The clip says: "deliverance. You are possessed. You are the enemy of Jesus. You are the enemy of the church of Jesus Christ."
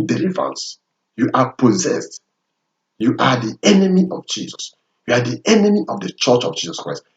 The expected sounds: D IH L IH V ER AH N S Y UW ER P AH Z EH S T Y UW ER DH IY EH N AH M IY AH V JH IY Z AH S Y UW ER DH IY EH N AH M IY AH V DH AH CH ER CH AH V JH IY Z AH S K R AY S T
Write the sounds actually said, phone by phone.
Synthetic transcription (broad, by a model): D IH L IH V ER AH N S Y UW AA P AH Z EH S T Y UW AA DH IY EH N AH M IY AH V JH IY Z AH S Y UW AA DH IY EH N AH M IY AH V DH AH CH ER CH AH V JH IY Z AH S K R AY S T